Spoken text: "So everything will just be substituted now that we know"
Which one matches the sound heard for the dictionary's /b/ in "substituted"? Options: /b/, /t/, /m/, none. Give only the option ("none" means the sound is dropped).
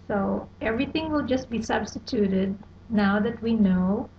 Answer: /b/